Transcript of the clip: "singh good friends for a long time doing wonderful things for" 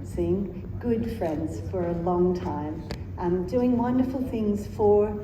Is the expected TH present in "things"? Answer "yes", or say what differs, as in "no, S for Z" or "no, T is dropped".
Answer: yes